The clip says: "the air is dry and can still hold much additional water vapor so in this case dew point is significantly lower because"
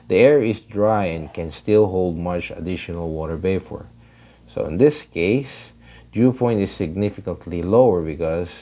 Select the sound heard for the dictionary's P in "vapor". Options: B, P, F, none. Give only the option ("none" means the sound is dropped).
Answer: F